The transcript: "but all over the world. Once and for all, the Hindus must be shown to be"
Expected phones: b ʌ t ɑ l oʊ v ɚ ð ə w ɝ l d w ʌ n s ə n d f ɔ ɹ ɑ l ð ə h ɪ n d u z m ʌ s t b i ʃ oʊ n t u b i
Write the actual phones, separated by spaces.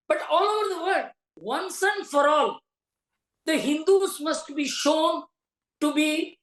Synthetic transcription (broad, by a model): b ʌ t ɑ l oʊ v ɚ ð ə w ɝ d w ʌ n s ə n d f ɔ ɹ ɑ l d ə h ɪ n d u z m ʌ s t b i ʃ oʊ n t u b i